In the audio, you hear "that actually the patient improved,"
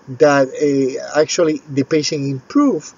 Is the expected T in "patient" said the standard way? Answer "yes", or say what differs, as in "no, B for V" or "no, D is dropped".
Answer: no, T is dropped